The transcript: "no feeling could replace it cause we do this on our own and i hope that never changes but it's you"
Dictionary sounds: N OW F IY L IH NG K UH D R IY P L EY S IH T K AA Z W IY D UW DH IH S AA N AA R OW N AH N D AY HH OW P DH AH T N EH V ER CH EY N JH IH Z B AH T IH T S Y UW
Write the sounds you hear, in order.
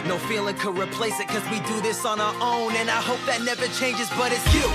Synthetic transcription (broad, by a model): N OW F IY L IH NG K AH D R IY P L EY S IH T K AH Z W IY D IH DH IH S N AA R OW N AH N AY HH OW P DH AH T N EH V ER CH EY N JH IH Z B AH T IH T S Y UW